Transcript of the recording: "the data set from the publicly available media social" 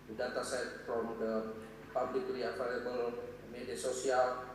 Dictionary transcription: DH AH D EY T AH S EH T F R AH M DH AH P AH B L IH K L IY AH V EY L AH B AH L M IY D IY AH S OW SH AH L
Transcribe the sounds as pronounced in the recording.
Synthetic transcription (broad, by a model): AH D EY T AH S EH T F R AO M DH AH P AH B L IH K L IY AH F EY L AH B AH L M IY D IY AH S OW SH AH L